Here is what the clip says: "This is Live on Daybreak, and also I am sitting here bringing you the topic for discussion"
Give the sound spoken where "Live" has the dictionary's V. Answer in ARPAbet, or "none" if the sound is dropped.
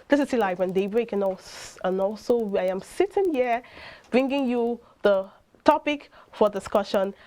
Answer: W